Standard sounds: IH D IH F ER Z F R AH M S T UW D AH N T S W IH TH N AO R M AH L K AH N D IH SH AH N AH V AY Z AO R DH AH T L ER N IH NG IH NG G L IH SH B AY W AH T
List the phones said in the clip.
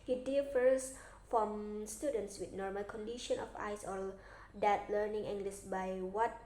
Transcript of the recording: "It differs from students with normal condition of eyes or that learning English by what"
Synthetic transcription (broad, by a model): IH D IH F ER S F R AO M S T UW D AH N T S W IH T N AO R M AH L K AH N D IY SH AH N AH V AY S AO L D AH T L ER N IH NG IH NG G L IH S B AY W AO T